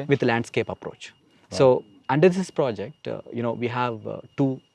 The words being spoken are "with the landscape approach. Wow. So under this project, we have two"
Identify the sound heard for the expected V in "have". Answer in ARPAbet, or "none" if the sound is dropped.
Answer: V